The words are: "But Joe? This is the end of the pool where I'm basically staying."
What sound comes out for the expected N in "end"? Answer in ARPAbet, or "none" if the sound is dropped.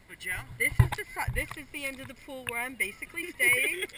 N